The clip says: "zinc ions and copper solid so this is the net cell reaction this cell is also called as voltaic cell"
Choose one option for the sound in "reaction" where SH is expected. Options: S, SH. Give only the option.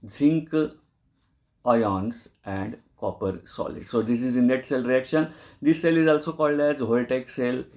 SH